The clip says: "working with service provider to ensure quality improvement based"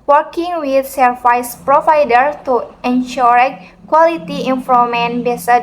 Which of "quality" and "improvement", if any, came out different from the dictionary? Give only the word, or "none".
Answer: improvement